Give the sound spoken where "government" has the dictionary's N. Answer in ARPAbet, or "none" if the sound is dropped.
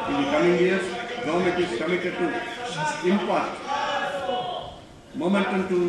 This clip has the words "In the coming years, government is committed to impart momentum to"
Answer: none